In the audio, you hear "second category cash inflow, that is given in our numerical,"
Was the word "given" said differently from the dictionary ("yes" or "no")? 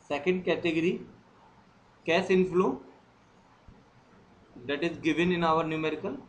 no